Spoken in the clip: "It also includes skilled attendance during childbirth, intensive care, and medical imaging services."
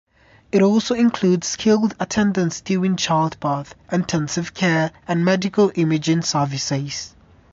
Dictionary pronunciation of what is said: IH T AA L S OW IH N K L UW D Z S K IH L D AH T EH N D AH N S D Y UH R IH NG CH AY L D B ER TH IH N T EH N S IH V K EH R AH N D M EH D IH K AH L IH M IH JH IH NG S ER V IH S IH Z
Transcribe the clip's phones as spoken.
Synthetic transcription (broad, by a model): IH T AA L S OW IH N K L UW D Z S K IH L D AH T EH N D AH N S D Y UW IH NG CH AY L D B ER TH IH N T EH N S IH V K EH R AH N M EH D IH K AH L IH M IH JH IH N S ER V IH S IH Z